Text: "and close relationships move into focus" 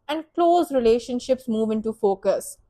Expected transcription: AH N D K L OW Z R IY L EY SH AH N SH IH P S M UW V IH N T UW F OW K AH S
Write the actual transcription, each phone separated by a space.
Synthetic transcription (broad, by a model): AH N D K L OW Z R IY L EY SH AH N SH IH P S M UW V IH N T UW F OW K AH S